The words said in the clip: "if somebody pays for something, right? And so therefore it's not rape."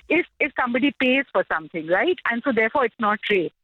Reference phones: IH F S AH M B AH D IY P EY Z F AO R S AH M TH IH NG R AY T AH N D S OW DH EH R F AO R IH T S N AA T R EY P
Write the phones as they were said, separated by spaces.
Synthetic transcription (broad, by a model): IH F S AH M B AH D IY P EY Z F AO R S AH M T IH NG R AY T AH N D S OW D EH R F AO R IH T S N AA T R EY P